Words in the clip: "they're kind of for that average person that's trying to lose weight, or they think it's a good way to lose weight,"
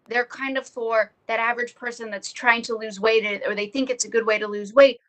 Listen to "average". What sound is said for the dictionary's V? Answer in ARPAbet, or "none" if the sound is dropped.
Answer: V